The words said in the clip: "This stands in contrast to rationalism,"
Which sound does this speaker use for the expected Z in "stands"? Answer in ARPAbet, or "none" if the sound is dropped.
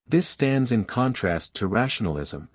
Z